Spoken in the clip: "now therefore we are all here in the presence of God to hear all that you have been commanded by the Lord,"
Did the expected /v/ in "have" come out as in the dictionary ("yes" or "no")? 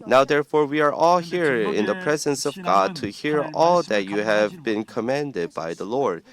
yes